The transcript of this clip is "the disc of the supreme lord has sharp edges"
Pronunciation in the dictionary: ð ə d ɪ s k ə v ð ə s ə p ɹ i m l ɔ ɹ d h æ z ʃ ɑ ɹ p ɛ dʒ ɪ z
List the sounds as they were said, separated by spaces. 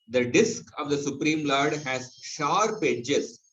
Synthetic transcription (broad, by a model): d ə d ɪ s k ə v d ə s ə p ɹ i m l ɔ ɹ d h æ z ʃ ɑ ɹ p ɛ dʒ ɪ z